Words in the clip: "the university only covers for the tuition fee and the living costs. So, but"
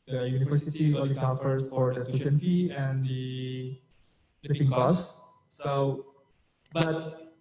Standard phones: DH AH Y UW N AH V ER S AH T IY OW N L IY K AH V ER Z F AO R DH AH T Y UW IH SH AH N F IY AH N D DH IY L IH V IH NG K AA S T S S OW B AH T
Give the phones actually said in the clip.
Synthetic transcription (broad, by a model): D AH Y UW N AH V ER S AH T IY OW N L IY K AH F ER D F AO R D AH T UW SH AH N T IY AH N D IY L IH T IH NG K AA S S S OW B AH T